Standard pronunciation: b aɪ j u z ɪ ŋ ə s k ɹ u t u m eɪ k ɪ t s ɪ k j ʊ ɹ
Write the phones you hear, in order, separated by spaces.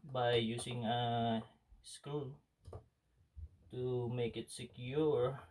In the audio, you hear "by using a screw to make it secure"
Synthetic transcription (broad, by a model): b aɪ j u s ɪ ŋ ə s k u t u m eɪ k ɪ t s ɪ k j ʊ ɹ